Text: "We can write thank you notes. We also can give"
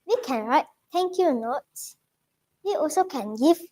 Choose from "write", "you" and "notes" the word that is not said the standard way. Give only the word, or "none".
notes